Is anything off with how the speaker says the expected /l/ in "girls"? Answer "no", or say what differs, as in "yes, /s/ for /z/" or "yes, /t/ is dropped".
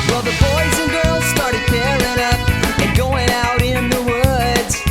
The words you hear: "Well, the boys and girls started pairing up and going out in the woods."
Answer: no